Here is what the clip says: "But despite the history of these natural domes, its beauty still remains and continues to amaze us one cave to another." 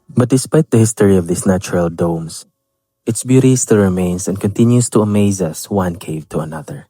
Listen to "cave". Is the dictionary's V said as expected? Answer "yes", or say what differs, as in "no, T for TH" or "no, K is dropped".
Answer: yes